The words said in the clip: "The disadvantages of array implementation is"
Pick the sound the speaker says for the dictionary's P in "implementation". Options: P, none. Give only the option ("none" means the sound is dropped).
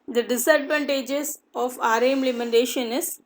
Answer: none